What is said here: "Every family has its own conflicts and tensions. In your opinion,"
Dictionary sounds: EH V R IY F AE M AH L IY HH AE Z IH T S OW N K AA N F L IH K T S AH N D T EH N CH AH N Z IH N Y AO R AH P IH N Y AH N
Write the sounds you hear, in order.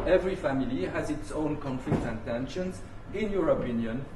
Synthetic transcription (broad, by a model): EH V R IY F AE M AH L IY HH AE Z IH T S OW N K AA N F L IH K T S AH N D T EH N SH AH N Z IH N Y AO R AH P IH N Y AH N